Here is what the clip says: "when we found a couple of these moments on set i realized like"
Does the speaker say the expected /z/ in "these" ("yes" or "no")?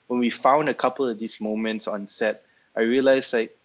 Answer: no